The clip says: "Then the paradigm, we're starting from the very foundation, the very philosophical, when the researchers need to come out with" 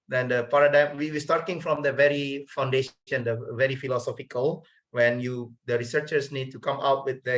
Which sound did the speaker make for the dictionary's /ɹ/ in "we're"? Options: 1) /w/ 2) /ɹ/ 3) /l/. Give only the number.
1